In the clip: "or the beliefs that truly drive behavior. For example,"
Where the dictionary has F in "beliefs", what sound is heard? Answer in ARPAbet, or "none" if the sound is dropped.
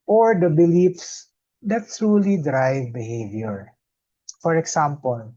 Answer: F